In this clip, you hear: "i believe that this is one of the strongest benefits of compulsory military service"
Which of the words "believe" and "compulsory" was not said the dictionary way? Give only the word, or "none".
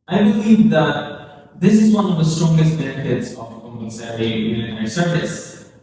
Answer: compulsory